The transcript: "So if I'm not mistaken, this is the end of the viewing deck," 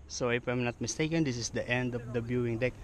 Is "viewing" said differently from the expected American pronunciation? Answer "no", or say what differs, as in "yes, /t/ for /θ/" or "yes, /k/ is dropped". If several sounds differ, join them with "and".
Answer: yes, /b/ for /v/